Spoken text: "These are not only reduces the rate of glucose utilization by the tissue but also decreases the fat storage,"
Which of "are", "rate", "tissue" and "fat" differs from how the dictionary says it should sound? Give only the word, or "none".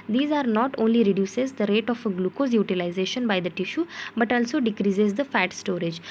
none